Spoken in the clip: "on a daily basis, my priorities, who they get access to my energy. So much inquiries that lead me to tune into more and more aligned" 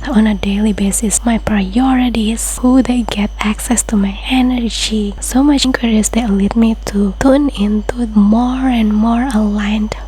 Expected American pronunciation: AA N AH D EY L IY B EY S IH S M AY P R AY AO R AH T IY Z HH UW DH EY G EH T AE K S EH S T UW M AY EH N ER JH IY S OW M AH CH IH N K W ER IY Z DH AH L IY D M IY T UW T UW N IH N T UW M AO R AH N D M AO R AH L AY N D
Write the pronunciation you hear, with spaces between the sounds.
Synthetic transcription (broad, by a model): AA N AH D EY L IY B EY S IH S M AY P R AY AO R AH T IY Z HH UW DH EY G EH T AE K S EH S T UW M AY EH N ER JH IY S OW M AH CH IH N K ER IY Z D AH L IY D M IY T UW T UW N IH N T UW M AO R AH N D M AO R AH L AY N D